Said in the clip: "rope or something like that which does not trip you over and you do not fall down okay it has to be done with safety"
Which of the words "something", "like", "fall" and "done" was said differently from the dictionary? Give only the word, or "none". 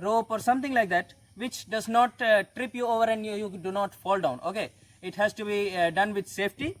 something